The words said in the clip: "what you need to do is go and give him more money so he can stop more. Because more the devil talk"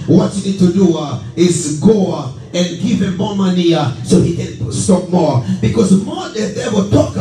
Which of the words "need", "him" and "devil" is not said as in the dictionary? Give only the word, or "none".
devil